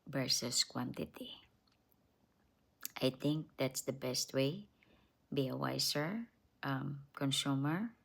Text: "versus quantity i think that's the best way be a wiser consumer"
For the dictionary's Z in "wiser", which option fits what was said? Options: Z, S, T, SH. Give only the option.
S